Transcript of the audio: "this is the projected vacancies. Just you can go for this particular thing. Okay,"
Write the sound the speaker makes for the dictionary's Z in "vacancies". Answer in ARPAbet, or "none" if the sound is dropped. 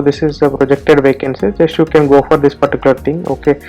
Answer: none